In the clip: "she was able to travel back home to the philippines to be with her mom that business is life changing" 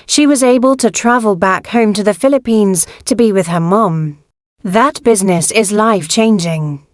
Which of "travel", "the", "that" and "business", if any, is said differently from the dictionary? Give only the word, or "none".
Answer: none